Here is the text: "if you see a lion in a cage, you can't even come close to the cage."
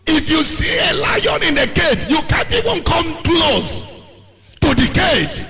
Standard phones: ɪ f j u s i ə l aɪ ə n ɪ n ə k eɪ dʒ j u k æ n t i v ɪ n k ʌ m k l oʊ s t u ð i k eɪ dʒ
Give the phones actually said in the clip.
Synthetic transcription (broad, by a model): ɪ f j u s i ə l aɪ ə n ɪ n ə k eɪ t j u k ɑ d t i w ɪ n k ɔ m k l oʊ s t u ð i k eɪ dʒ